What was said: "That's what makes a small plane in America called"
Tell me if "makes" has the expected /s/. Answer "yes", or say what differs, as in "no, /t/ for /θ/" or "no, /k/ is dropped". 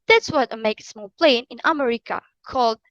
no, /s/ is dropped